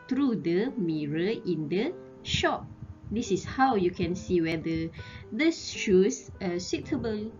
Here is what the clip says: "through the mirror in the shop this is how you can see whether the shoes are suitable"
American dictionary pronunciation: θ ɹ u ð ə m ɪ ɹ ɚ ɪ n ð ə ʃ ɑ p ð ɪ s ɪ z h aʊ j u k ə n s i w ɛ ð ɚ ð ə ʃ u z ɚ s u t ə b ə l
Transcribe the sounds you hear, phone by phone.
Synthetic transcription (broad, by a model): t ɹ u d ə m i ɹ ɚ ɪ n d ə ʃ ɑ p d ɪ s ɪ s h aʊ j u k ə n s i w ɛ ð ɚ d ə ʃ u s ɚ s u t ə b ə l